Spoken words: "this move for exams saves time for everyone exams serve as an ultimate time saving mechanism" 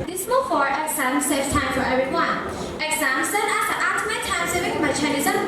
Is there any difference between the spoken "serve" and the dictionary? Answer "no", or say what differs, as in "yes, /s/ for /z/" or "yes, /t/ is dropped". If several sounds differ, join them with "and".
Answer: yes, /v/ is dropped